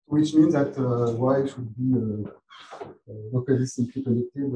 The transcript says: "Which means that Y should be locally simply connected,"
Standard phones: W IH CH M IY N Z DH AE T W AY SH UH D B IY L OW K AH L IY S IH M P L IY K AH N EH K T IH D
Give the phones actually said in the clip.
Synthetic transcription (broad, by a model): W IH CH M IY N Z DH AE T W AY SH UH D B IY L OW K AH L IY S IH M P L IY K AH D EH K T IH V